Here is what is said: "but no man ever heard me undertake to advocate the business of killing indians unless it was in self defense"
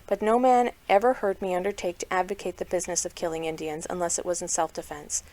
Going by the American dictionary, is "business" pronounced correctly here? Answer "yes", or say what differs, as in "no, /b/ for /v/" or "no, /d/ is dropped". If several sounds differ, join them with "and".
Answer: yes